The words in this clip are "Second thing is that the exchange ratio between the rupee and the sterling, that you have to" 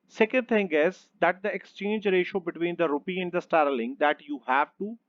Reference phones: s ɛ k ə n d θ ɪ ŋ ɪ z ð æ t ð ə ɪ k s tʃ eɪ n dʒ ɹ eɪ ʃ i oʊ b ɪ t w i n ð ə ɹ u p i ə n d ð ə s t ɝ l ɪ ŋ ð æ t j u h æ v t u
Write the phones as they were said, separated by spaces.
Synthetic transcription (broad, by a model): s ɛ k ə n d t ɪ ŋ ɪ z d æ t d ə ɪ k s tʃ eɪ n dʒ ɹ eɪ ʃ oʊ b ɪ t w i n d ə ɹ u p i ə n d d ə s t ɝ l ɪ ŋ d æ t j u h æ v t u